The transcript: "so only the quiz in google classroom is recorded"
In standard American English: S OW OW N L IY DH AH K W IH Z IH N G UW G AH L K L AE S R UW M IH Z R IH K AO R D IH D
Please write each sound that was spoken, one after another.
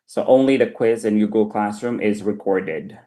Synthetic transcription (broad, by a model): S OW OW N L IY DH AH K W IH Z IH N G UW G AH L K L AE S R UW M IH Z R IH K AO R D IH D